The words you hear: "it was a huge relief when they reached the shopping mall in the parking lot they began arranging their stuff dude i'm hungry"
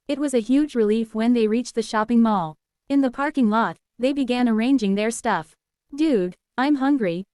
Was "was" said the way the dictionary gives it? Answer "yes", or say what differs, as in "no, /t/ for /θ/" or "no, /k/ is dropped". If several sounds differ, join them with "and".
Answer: yes